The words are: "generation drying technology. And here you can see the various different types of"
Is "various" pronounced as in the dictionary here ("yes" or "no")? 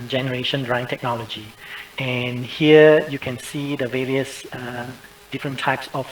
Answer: yes